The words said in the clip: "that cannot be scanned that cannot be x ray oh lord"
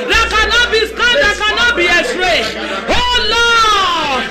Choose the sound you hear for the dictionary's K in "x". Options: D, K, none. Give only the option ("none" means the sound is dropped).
none